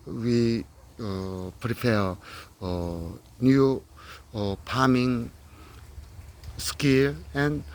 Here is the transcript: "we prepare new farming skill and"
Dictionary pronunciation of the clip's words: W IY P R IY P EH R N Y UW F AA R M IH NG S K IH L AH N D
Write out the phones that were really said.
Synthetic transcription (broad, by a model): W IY P R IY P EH N Y UW P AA M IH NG S K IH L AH N